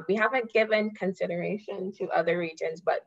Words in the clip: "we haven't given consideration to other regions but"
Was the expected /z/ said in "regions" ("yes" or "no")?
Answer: yes